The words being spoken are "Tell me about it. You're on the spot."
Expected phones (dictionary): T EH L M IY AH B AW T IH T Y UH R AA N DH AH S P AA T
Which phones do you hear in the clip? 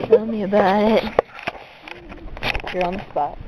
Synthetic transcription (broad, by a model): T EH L M IY AH B AW T IH T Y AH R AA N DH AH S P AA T